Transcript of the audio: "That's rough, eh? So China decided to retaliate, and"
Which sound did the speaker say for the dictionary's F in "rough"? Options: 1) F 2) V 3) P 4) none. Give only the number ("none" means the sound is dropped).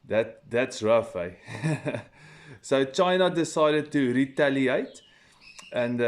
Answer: 1